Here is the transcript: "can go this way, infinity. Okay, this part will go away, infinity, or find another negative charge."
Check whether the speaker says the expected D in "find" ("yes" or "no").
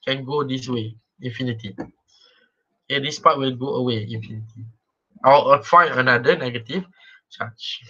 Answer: no